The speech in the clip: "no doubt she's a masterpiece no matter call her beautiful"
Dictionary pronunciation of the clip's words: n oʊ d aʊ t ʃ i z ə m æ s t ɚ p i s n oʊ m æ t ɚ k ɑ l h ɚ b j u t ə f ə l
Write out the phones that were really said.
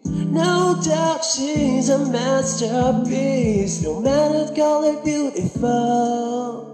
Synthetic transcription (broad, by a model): n oʊ d aʊ t ʃ i z ə m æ s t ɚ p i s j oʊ m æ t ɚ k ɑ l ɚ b j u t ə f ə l